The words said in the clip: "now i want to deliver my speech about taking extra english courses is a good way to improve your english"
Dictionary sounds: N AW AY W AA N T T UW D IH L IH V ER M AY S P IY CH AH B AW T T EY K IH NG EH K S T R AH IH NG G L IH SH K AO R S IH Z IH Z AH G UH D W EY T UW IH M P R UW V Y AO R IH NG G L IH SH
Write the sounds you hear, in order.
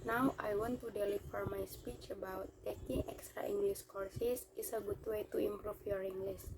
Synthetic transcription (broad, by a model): N AW AY W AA N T T UW D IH L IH F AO M AY S P IY CH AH B AW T T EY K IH NG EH K S T R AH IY NG G L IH S K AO R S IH S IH S AH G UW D W EY T UW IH M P R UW F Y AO R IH NG G L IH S